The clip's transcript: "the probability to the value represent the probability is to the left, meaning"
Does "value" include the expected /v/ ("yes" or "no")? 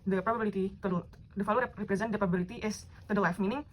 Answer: no